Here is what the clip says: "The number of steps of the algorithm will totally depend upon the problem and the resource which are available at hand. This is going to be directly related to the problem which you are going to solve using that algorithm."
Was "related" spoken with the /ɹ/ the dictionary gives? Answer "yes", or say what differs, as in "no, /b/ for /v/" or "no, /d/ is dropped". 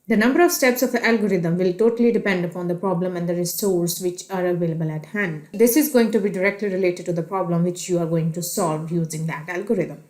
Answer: yes